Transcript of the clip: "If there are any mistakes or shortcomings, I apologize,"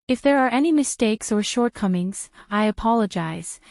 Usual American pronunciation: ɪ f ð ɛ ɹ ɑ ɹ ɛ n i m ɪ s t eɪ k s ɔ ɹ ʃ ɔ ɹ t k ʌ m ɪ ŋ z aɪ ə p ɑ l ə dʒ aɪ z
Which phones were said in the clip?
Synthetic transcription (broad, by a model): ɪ f ð ɛ ɹ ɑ ɹ ɛ n i m ɪ s t eɪ k s ɔ ɹ ʃ ɔ ɹ t k ʌ m ɪ ŋ z aɪ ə p ɑ l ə dʒ aɪ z